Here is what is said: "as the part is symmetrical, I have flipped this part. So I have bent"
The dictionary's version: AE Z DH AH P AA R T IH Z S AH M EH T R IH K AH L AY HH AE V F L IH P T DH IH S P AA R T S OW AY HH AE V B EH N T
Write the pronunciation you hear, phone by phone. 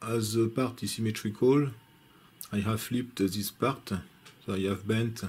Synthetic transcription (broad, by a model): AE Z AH P AA R T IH S AH M EH T R IH K AH L AY HH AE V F L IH P T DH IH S P AA R T S OW AY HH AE V B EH N T